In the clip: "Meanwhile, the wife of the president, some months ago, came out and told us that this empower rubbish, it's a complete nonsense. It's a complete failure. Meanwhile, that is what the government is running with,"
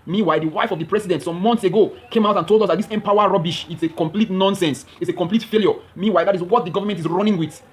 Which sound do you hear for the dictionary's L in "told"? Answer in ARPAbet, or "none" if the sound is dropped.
L